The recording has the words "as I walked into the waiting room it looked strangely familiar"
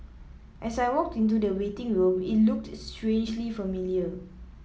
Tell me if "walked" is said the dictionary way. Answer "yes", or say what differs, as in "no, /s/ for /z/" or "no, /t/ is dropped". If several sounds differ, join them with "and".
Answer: yes